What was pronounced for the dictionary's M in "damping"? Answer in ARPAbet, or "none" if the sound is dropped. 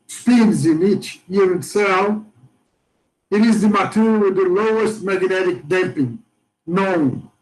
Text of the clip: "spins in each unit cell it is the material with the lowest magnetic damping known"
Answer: M